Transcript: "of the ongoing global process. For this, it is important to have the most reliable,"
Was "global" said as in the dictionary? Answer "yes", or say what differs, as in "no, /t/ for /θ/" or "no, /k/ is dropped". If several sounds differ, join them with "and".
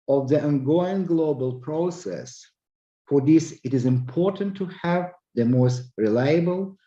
yes